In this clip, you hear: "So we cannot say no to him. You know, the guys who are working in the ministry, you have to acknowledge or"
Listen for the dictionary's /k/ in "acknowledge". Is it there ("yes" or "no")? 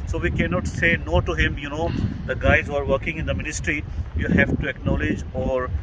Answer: yes